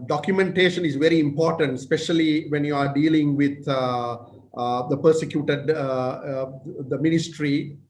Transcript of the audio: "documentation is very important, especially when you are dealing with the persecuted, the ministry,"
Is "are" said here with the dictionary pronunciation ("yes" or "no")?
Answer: yes